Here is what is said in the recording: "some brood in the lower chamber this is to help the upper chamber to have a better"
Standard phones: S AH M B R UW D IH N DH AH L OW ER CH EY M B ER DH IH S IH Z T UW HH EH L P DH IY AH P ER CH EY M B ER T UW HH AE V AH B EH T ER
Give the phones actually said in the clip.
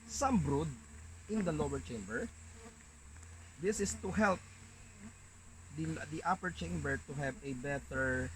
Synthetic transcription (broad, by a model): S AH M B R UW D IH N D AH L OW ER CH EY M B ER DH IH S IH S T UW HH EH L P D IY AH P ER CH EY M B ER T UW HH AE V AH B EH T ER